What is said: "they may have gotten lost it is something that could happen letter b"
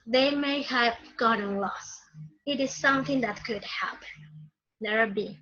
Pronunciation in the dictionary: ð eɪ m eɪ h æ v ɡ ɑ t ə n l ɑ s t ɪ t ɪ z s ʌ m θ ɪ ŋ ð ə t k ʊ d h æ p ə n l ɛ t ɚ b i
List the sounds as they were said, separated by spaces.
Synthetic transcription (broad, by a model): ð eɪ m eɪ h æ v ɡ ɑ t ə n l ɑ s ɪ t ɪ z s ʌ m θ ɪ ŋ ð ə t k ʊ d h æ p ə n n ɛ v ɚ b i